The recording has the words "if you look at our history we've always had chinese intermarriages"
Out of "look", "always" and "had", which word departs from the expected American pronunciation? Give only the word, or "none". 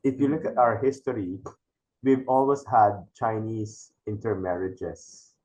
always